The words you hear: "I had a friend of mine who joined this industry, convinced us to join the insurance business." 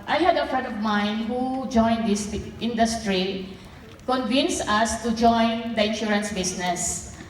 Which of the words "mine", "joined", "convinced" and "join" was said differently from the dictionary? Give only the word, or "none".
convinced